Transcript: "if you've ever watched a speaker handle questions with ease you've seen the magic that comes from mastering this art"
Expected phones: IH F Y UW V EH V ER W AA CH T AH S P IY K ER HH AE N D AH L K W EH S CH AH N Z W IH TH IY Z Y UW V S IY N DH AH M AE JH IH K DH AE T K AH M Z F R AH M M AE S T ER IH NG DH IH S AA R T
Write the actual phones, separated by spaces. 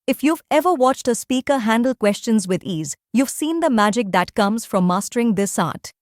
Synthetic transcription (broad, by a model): IH F Y UW V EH V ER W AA CH T AH S P IY K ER HH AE N D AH L K W EH S CH AH N Z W IH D IY Z Y UW V S IY N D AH M AE JH IH K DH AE T K AH M Z F R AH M M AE S T ER IH NG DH IH S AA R T